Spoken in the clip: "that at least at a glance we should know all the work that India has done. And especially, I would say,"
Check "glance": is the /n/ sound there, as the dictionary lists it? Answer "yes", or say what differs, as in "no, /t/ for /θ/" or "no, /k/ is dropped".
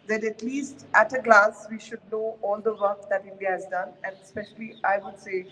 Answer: no, /n/ is dropped